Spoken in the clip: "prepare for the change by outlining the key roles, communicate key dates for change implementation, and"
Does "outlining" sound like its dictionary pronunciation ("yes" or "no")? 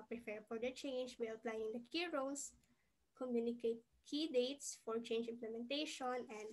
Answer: no